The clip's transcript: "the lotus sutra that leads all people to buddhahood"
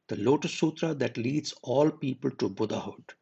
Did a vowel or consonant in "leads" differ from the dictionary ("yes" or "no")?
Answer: no